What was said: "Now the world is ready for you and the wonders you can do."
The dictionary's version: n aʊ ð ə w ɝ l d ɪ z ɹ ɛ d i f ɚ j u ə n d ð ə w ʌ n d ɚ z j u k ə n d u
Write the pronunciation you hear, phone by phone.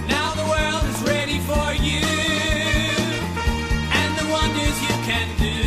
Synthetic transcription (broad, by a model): n aʊ ð ə w ɝ l d ɪ z ɹ ɛ d i f ɚ j u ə n ð ə w ʌ n d ɚ z j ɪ k ə n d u